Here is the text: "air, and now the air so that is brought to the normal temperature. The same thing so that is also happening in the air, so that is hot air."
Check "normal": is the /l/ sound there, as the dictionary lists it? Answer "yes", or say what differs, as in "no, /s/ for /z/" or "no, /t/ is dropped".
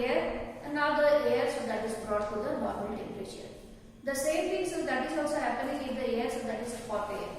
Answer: no, /n/ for /l/